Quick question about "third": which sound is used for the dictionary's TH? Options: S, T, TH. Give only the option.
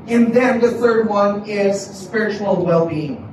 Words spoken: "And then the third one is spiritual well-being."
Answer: TH